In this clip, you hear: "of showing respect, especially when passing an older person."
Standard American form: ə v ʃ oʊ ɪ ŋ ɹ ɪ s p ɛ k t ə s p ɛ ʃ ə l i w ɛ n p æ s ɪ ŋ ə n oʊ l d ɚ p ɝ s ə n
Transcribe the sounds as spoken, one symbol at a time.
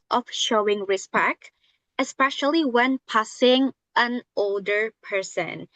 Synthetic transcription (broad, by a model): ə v ʃ oʊ ɪ ŋ ɹ ɪ s p ɛ k t ə s p ɛ ʃ ə l i w ɛ n p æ s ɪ ŋ ə n oʊ l d ɚ p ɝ s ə n